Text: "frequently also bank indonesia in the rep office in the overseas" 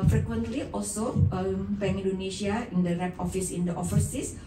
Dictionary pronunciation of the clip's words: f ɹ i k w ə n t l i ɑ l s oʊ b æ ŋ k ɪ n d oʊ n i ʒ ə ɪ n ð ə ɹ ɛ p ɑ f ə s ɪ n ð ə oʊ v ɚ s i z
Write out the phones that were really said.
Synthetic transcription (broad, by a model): f ɹ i k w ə n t l i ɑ l s oʊ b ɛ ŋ ɪ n d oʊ n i ʃ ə ɪ n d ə ɹ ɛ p ɑ f ə s ɪ n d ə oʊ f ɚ s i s